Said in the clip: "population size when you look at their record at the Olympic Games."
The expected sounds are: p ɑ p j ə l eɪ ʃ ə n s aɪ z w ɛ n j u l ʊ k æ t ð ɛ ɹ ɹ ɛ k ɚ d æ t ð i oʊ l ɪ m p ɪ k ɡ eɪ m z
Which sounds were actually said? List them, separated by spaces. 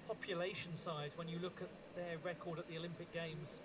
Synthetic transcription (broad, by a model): p ɑ p j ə l eɪ ʃ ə n s aɪ z w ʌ n j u l ʊ k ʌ t ð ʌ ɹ ɹ ɛ k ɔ d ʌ t ð i oʊ l ɪ m p ɪ k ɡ eɪ m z